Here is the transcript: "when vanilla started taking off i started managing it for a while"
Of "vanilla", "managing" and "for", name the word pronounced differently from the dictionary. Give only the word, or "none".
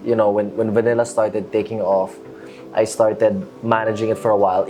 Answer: none